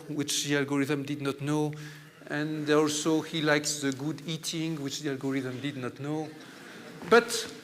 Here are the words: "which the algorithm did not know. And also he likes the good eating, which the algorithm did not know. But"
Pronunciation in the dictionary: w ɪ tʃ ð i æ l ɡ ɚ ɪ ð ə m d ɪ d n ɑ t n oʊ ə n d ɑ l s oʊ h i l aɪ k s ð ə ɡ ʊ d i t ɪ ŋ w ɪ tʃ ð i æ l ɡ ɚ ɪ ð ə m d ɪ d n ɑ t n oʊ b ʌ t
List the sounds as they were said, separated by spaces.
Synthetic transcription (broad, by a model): w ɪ tʃ ð i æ l ɡ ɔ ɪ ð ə m d ɪ d n ɑ t n oʊ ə n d ɑ l s oʊ h i l aɪ k s ð ə ɡ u d i t ɪ ŋ w ɪ tʃ ð i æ l ɡ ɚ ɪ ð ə m d ɪ d n ɑ t n oʊ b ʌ t